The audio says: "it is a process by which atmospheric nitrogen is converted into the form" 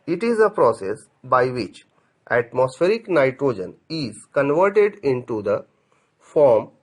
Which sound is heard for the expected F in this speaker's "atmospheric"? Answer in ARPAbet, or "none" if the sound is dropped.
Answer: F